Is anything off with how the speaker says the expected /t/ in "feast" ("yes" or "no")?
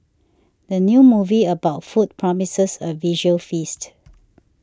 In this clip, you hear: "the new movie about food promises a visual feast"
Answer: no